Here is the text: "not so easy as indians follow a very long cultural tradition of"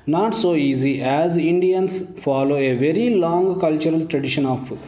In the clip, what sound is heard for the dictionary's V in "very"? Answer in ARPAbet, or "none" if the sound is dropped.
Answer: V